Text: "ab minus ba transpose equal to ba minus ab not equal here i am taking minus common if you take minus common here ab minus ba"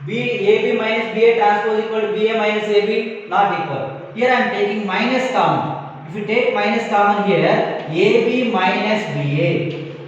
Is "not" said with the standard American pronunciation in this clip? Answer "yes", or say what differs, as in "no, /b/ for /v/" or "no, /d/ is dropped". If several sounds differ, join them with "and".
no, /l/ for /n/